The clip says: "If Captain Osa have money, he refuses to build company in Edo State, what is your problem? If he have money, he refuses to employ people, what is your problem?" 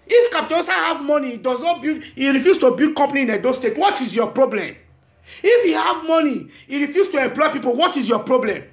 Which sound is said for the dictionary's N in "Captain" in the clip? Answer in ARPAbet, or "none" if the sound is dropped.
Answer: none